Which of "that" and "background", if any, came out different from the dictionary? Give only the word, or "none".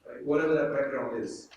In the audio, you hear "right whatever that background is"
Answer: background